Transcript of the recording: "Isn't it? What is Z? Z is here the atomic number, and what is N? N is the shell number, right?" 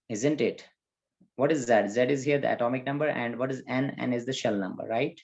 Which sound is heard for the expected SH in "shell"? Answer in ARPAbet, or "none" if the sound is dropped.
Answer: SH